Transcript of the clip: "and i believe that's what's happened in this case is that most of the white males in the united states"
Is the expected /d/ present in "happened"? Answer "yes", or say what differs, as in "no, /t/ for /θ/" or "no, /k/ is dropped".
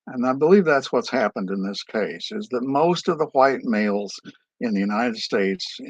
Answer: yes